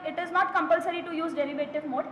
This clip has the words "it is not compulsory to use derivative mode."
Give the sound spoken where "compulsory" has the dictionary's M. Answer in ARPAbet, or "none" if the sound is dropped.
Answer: M